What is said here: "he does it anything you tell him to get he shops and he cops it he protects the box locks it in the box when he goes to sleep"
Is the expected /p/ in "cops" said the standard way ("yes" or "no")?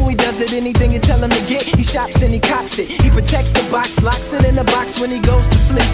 yes